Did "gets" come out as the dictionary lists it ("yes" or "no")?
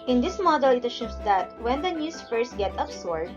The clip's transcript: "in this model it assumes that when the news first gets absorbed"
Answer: no